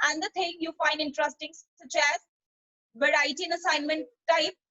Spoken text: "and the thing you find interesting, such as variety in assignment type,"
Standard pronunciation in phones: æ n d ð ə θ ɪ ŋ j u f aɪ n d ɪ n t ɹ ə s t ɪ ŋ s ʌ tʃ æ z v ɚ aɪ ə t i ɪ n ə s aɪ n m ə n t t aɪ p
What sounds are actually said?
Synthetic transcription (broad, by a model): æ n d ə t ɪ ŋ j u f aɪ n d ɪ n t ɹ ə s t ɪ ŋ s ʌ tʃ æ z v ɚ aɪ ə t i ɪ n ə s aɪ n m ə n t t aɪ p